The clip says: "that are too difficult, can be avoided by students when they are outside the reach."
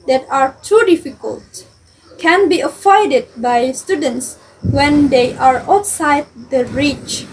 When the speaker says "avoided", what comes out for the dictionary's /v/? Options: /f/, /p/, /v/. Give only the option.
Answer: /f/